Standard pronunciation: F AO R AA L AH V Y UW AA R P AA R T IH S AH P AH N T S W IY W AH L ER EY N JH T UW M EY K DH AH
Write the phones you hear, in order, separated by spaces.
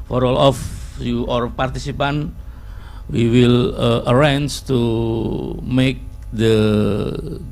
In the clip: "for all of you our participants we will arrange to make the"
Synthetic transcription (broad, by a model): F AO R AA L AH F Y UW AA R P AA R T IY S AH P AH N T W IY W AH L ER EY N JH T UW M EY K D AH